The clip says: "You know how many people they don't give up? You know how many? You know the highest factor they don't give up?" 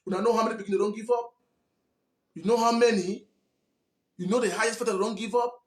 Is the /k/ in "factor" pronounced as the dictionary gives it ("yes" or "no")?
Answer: no